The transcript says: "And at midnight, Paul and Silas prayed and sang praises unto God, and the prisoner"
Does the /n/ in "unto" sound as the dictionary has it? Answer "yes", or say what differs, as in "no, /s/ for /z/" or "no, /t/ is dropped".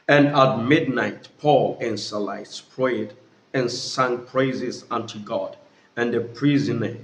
yes